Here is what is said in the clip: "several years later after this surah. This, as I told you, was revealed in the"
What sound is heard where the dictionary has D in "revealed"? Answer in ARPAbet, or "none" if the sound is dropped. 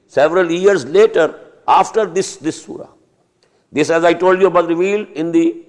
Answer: none